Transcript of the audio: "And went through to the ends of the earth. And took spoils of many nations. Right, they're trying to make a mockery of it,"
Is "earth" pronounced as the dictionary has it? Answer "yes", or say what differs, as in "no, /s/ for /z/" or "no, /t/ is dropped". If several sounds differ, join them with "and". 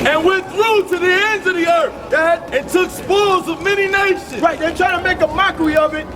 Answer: yes